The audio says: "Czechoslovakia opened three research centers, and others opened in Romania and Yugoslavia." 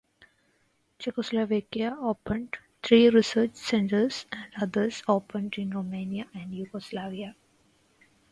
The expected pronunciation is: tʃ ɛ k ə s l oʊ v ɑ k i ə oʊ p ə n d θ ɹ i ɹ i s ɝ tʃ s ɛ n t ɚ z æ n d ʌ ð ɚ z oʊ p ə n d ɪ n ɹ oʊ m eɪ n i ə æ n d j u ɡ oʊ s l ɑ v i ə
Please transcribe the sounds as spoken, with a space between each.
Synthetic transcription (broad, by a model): tʃ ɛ k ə s l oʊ v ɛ k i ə oʊ p ə n d t ɹ i ɹ i s ɝ tʃ s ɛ n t ɚ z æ n d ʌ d ɚ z oʊ p ə n d ɪ n ɹ oʊ m eɪ n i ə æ n d j u ɡ oʊ s l ɑ v i ə